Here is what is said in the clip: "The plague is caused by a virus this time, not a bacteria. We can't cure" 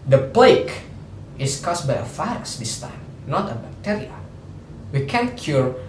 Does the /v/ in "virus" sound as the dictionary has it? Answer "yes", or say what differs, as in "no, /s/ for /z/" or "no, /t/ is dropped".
no, /f/ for /v/